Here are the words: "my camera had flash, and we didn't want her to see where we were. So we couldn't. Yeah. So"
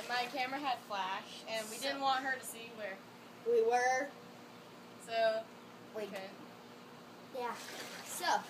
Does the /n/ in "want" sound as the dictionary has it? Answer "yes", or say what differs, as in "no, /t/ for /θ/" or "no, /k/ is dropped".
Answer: yes